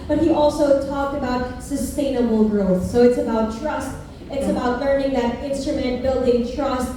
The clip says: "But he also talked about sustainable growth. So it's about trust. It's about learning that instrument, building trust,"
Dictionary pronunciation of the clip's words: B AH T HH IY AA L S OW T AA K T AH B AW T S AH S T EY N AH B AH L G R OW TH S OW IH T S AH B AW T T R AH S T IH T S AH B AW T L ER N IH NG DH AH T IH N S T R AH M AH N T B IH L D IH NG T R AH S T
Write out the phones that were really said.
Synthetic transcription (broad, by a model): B AH T HH IY AA L S OW T AA K T AH B AW T S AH S T EY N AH B L G R OW TH S OW IH T S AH B AW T T R AH S T IH T S AH B AW T L ER N IH NG DH AH T IH N S T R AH M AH N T B IH L D IH NG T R AH S T